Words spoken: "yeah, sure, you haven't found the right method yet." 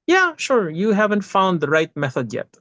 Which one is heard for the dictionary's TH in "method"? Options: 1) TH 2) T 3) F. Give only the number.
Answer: 1